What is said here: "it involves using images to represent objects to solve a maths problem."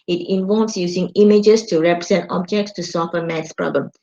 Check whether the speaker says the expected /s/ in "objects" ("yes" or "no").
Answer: yes